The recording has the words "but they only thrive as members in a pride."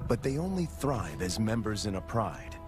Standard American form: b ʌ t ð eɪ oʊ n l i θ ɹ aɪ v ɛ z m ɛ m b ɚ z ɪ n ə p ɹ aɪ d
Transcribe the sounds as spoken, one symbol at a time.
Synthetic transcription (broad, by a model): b ʌ t ð eɪ oʊ n l i θ ɹ aɪ v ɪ z m ɛ m b ɚ z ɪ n ə p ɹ aɪ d